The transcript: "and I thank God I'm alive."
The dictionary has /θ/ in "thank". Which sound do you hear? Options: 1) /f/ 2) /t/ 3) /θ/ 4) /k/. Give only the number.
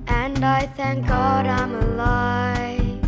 3